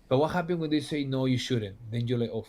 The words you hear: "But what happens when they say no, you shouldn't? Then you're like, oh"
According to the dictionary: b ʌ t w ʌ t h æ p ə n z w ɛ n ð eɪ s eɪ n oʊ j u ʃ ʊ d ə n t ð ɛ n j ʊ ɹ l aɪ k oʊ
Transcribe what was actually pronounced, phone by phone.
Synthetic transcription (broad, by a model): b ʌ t w ʌ t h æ p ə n w ɛ n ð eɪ s eɪ n oʊ j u ʃ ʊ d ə n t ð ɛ n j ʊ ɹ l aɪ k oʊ